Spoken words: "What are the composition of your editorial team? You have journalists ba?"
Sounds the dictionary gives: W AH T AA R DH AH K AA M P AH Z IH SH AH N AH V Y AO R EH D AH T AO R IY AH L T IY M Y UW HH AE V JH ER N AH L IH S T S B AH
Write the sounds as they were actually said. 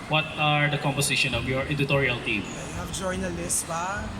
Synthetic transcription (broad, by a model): W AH T AA R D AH K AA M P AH S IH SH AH N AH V Y AO R EH D AH T AO R IY AH L T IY M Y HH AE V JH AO N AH L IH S S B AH